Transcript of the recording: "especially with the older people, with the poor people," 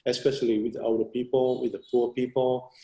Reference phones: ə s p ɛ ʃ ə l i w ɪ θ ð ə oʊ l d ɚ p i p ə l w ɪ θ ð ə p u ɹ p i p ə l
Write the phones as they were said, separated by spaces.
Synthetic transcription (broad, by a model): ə s p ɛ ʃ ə l i w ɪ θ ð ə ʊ d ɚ p i p ə l w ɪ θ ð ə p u p i p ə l